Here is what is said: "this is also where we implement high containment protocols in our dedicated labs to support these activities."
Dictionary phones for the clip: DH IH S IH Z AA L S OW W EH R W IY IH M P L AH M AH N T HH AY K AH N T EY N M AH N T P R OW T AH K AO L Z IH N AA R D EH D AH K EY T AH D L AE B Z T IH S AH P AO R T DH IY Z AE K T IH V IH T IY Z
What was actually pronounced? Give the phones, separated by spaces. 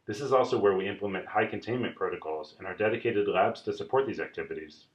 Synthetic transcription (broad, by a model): DH IH S IH Z AA L S OW W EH R W IY IH M P L AH M AH N T HH AY K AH N T EY N M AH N P R OW T AH K AO L Z IH N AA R D EH D AH K EY T AH D L AE B Z T IH S AH P AO R T DH IY Z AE K T IH V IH T IY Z